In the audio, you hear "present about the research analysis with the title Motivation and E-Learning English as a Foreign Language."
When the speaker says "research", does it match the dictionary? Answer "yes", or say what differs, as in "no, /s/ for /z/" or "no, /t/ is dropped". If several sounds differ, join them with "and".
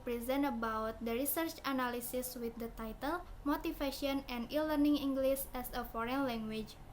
yes